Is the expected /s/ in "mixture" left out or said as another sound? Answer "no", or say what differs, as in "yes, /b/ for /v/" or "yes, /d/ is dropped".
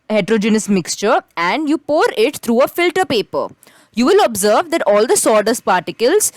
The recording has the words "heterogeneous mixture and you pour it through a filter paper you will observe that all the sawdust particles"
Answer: no